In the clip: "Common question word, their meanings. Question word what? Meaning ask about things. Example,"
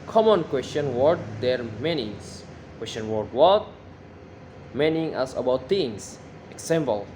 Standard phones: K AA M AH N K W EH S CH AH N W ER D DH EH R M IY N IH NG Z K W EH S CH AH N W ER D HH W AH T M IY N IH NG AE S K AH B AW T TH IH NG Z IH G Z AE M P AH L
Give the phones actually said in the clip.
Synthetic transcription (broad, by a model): K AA M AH N K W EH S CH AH N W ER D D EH R M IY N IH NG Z K W EH S CH AH N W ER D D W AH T M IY N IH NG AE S AH B AW T T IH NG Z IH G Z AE M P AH L